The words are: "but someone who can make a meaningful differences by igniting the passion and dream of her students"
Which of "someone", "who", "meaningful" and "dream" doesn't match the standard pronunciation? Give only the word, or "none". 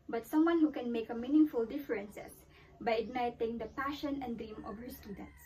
none